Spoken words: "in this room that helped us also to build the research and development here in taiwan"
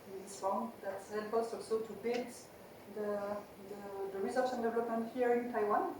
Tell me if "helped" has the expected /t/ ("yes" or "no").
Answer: no